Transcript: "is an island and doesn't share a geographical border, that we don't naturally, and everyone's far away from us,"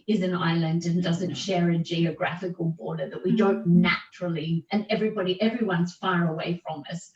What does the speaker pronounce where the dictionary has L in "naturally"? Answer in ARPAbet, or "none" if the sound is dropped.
N